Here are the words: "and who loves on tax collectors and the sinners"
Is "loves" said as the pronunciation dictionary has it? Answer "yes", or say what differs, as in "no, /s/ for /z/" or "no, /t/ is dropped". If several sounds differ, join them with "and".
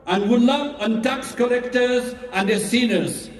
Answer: no, /z/ is dropped